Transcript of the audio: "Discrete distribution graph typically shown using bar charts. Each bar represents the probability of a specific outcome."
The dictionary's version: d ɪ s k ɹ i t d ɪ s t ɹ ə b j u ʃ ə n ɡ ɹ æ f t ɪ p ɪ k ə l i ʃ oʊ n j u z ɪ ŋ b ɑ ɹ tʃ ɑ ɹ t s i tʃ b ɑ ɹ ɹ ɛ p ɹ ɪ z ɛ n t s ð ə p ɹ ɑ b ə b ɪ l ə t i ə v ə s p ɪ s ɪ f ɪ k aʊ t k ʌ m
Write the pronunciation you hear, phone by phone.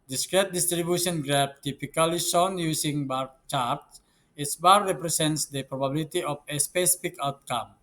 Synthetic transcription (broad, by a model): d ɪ s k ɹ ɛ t d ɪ s t ɹ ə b j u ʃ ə n ɡ ɹ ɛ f t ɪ p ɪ k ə l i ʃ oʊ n j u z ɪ ŋ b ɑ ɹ tʃ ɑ ɹ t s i s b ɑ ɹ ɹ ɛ p ɹ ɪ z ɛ n t s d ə p ɹ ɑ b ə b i l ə t i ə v ə s p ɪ s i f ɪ k aʊ t k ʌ m